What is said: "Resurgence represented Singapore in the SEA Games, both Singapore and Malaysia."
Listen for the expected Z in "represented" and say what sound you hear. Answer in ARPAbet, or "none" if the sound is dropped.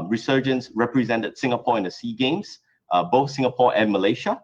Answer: Z